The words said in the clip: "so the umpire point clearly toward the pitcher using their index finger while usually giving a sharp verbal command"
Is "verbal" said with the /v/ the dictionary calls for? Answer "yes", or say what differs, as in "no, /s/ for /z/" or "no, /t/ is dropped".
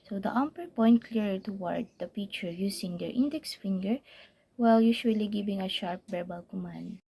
no, /b/ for /v/